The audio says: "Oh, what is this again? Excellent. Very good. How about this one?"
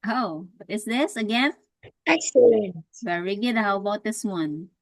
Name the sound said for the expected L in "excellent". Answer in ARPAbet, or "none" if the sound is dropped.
none